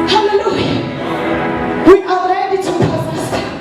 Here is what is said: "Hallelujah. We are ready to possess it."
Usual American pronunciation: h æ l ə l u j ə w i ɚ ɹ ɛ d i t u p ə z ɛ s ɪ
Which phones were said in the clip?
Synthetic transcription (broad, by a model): h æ l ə l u j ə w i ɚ l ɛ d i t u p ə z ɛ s